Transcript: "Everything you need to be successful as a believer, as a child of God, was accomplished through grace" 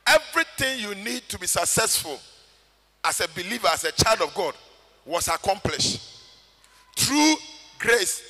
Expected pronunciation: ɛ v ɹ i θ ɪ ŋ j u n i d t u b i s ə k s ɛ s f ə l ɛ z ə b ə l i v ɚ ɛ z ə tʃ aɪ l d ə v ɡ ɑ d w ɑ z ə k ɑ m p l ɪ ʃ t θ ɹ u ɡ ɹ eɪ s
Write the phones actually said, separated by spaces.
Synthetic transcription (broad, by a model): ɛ v ɹ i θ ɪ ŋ j u n i d t u b i s ə k s ɛ s f ə l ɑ s ə b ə l i v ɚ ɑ s ə tʃ aɪ l d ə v ɡ ɑ d w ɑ s ə k ɑ m p l ɪ ʃ t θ ɹ u ɡ ɹ eɪ s